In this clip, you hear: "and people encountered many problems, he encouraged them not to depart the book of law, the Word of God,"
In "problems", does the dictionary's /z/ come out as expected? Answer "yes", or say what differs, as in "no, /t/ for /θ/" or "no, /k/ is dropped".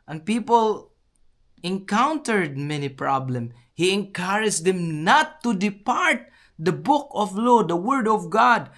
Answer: no, /z/ is dropped